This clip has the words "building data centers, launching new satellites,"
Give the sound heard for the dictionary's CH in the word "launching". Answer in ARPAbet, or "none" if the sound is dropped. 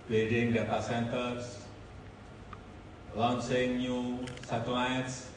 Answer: S